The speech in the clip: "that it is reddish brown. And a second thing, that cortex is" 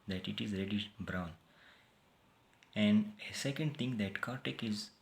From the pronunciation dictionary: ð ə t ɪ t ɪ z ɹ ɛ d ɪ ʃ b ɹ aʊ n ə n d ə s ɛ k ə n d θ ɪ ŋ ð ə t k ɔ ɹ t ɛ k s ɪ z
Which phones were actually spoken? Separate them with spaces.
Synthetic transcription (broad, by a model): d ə t ɪ t ɪ z ɹ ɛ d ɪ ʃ b ɹ aʊ n ə n d ə s ɛ k ə n d t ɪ ŋ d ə t k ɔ ɹ t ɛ k ɪ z